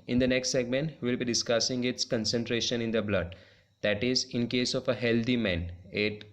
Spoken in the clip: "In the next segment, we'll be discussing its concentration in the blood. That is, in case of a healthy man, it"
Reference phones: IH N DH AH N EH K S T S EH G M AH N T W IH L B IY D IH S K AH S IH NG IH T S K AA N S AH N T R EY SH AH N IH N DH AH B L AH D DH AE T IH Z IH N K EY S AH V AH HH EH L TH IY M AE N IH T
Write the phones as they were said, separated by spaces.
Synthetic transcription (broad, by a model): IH N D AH N EH K S T S EH G M AH N T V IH L B IY D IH S K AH S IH NG IH T S K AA N S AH N T R EY SH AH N IH N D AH B L AH D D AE T IH Z IH N K EY S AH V AH HH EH L T IY M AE N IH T